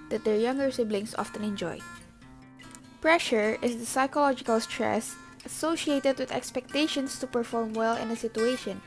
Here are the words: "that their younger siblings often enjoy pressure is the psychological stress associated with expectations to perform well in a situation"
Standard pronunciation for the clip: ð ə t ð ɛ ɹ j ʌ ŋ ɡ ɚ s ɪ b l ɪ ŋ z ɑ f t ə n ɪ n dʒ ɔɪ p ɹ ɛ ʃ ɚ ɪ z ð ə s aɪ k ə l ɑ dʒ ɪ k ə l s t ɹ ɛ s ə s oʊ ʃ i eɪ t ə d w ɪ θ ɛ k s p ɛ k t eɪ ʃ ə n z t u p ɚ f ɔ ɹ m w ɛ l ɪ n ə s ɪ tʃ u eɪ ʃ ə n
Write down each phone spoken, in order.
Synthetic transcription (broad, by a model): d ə t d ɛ ɹ j ʌ ŋ ɡ ɚ s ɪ b l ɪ ŋ s ɑ f t ə n ɪ n dʒ ɔɪ p ɹ ɛ ʃ ɚ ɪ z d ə s aɪ k ə l ɑ dʒ ɪ k ə l s t ɹ ɛ s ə s oʊ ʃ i eɪ t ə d w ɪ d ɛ k s p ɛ k t eɪ ʃ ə n s t u p ɚ f ɔ ɹ m w ɛ l ɪ n ə s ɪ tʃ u eɪ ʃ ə n